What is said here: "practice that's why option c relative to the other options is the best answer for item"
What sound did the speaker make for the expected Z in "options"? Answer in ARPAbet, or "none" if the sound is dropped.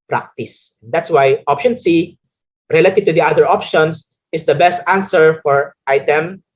S